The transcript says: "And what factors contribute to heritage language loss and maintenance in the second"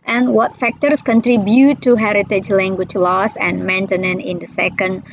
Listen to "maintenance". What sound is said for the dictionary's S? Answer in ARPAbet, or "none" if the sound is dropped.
none